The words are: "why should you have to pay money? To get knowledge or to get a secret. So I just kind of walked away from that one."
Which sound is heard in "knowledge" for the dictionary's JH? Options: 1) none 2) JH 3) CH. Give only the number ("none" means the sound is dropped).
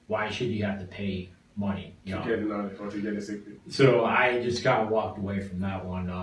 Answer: 1